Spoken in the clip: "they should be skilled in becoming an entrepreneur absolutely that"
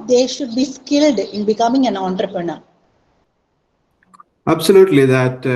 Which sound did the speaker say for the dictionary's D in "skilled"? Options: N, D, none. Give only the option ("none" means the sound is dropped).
D